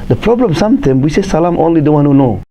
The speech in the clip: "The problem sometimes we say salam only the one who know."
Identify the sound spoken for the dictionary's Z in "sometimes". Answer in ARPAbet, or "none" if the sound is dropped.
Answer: none